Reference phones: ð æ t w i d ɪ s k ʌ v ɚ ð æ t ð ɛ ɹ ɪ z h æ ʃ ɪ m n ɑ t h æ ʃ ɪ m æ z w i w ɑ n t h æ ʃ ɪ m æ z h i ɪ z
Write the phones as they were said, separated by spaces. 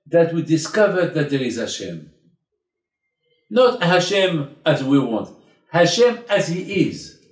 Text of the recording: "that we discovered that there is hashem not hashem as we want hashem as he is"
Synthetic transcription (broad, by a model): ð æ t w i d ɪ s k ʌ v ɚ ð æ t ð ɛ ɹ ɪ z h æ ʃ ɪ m n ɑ t h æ ʃ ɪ m æ z w i w ɑ n t h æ ʃ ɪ m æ z h i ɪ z